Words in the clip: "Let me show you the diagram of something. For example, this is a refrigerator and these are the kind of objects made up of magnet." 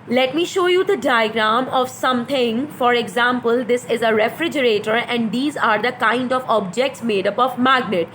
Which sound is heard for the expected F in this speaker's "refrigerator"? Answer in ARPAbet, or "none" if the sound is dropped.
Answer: F